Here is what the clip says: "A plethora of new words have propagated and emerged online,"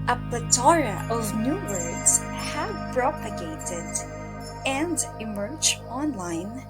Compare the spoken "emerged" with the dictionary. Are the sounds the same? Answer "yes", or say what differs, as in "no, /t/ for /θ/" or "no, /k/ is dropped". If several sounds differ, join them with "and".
no, /d/ is dropped